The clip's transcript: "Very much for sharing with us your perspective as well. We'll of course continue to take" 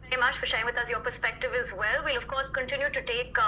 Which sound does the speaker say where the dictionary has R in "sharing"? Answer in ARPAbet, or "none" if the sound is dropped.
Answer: none